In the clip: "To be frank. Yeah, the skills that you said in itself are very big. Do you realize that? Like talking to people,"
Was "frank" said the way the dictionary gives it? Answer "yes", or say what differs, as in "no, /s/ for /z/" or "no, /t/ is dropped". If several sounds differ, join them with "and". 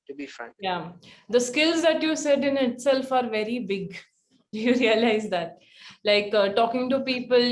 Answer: no, /ɹ/ is dropped